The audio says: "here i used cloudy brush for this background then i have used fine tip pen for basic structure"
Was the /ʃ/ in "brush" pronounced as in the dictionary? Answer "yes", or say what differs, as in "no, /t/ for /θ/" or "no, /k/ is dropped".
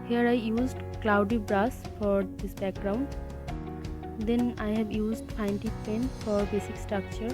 no, /s/ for /ʃ/